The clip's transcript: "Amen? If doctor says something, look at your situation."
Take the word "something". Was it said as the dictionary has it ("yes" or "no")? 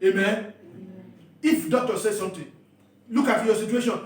no